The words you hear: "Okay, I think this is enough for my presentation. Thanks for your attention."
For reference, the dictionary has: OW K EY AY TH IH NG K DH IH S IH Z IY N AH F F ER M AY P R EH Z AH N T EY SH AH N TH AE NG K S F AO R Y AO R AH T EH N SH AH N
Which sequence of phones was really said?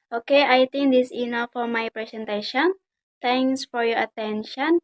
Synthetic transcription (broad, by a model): OW K EY AY T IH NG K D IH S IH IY N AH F F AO M AY P R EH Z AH N T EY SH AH N T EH NG S F AO R Y AO R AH T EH N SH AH N